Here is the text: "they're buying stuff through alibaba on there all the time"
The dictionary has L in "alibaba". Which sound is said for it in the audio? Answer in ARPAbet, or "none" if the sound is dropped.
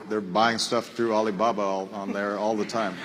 L